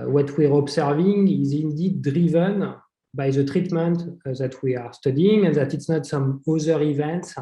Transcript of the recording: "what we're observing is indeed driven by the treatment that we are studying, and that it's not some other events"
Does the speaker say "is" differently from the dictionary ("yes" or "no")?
no